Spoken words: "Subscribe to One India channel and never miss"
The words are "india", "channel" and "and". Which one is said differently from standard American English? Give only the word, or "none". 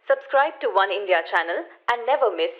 none